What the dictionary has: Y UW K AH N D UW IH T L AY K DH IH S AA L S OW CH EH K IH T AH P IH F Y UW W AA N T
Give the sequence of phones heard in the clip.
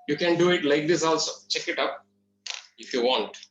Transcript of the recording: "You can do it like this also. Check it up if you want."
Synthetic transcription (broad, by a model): Y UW K AH N D UW IH T L AY K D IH S AA L S OW CH EH K IH T AH P IH F Y UW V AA N T